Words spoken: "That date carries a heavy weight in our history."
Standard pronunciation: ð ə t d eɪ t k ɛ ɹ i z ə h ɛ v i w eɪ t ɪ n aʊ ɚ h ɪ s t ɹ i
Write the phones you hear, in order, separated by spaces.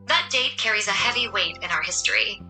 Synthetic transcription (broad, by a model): ð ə t d eɪ t k ɛ ɹ i z ə h ɛ v i w eɪ t ɪ n aʊ ɚ h ɪ s t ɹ i